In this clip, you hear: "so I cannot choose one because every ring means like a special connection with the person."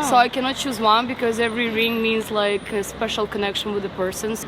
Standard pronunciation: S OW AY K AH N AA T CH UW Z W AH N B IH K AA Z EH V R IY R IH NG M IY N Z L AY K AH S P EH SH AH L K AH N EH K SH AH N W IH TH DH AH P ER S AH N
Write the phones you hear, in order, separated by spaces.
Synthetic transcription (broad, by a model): S OW AY K AH N AA T CH UW Z W AH N B IH K AA Z EH V R IY R IH NG M IY N Z L AY K AH S P EH SH AH L K AH N EH K SH AH N W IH DH AH P ER S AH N